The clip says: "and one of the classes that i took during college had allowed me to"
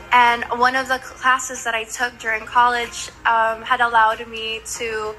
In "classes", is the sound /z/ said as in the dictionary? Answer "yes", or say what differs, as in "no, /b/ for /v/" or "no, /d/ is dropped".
yes